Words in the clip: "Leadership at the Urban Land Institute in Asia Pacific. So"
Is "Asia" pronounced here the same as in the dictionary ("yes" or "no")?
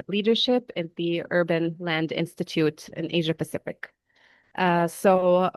yes